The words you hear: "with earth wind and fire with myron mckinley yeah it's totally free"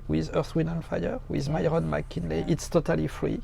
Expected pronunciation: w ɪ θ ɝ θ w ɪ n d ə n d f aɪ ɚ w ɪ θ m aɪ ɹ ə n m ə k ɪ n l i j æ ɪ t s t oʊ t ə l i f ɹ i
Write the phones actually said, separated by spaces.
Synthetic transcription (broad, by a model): w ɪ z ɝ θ w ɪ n ə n f aɪ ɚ w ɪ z m aɪ ɹ ə n m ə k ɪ n l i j ɪ t s t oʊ t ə l i f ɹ i